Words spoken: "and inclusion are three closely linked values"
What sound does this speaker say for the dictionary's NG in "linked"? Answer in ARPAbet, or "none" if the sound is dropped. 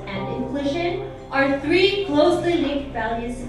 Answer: none